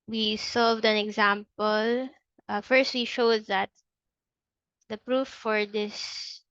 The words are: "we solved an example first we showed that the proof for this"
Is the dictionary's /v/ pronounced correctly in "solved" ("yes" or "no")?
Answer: yes